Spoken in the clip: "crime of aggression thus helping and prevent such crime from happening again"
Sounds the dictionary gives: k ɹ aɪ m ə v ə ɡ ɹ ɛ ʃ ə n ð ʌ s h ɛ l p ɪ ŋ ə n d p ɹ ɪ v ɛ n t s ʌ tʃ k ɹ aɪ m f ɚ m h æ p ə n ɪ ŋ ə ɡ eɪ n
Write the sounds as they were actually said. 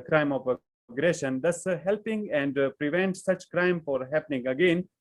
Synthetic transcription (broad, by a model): k ɹ aɪ m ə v ə ɡ ɹ ɛ ʃ ə n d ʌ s h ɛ l p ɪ ŋ ə n d p ɹ ɪ v ɛ n t s ʌ tʃ k ɹ aɪ m f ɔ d h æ p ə n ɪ ŋ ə ɡ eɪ n